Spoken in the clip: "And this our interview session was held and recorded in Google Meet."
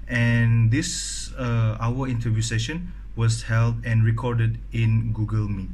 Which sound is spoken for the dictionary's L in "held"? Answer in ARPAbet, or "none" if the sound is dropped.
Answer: L